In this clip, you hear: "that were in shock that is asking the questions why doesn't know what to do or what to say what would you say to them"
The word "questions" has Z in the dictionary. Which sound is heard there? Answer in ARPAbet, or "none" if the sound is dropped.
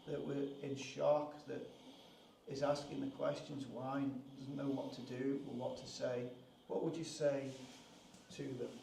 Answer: Z